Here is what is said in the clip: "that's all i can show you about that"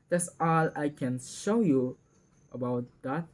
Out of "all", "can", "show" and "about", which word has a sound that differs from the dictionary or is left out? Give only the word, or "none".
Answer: none